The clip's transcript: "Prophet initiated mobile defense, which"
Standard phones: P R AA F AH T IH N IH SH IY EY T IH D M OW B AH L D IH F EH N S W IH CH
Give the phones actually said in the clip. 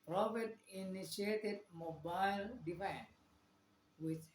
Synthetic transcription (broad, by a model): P R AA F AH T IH N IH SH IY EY T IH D M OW B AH L D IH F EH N W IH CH